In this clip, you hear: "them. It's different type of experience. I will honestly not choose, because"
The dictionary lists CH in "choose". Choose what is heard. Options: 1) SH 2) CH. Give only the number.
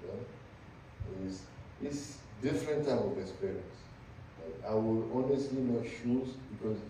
1